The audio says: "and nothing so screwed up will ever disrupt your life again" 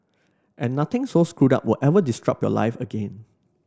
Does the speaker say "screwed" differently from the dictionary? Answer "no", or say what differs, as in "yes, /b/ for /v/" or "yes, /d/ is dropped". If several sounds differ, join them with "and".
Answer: no